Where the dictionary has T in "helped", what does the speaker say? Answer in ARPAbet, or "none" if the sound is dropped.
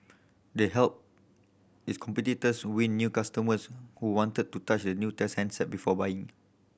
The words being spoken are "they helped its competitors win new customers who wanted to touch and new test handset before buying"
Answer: none